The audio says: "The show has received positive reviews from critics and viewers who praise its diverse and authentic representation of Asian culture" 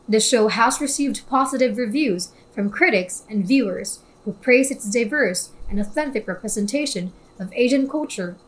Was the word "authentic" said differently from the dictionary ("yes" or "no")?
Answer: no